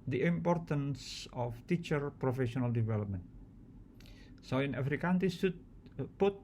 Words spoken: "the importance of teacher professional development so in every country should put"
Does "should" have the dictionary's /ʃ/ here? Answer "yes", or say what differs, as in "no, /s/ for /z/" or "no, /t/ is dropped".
no, /s/ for /ʃ/